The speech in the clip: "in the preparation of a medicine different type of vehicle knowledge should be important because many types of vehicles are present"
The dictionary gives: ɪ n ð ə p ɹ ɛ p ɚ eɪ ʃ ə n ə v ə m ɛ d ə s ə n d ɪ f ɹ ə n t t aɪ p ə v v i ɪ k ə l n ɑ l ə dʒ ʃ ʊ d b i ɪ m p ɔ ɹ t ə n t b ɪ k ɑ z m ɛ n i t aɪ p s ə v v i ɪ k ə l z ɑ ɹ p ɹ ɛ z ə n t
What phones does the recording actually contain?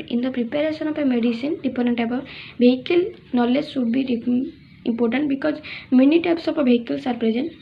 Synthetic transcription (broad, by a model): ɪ n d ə p ɹ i p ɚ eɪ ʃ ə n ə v ə m ɛ d ə s ə n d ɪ p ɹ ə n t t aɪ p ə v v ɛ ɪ k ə l n ɑ l ə dʒ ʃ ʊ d b i ɪ m p ɔ ɹ t ə n t b ɪ k ɑ z m ɛ n i t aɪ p s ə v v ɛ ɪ k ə l s ɑ ɹ p ɹ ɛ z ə n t